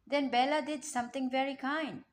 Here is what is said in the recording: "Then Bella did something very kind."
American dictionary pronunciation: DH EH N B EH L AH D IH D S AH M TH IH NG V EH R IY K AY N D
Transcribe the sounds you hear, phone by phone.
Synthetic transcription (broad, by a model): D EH N B EH L AH D IH D S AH M T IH NG V EH R IY K AY N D